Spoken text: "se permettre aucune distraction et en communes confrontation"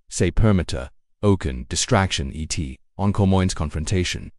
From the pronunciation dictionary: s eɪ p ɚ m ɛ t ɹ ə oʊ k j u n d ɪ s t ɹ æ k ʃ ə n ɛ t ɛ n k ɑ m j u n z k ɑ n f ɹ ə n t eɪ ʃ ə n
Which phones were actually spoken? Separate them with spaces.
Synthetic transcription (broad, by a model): s eɪ p ɚ m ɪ t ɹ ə oʊ k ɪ n d ɪ s t ɹ æ k ʃ ə n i t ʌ n k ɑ m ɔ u n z k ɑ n f ɹ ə n t eɪ ʃ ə n